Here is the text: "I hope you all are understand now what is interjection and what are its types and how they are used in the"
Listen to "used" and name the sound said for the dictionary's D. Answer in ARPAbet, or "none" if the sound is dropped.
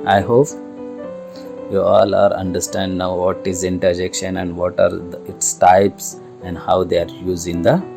none